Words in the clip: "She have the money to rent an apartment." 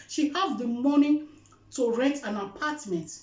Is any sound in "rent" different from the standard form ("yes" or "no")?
yes